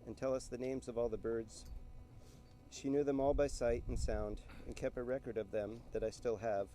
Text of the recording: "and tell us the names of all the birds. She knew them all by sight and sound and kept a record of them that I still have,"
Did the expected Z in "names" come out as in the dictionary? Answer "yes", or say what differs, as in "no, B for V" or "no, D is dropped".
yes